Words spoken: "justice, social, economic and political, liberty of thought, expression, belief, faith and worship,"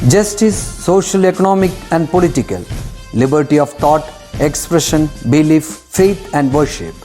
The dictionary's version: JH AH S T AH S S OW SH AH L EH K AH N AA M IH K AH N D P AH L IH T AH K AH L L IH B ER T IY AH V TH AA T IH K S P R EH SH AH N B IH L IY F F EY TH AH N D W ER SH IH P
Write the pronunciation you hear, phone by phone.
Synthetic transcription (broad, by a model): JH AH S T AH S S OW SH AH L EH K AH N AA M IH K AH N D P AH L IH T AH K AH L L IH B ER T IY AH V T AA T IH K S P R EH SH AH N B IH L IY F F EY T AH N D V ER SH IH P